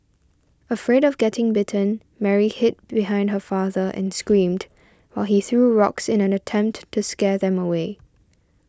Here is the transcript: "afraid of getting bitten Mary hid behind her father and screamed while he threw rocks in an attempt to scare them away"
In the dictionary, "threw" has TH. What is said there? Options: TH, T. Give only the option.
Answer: TH